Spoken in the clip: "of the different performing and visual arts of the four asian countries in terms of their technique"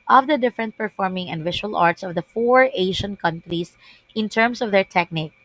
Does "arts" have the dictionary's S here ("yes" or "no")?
yes